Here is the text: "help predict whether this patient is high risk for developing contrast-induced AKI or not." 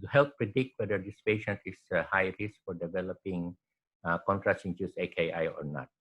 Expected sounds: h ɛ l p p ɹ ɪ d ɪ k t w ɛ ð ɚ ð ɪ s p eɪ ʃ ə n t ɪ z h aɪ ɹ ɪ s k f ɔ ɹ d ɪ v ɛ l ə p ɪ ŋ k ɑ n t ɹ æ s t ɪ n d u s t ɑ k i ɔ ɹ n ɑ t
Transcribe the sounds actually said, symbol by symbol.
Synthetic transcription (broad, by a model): h ɛ l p p ɹ ɪ d ɪ k t w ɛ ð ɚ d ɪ s p eɪ ʃ ə n t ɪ s h aɪ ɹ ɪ s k f ɔ ɹ d ɪ v ɛ l ə p ɪ ŋ k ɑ n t ɹ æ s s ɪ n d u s ɑ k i ɔ ɹ n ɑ t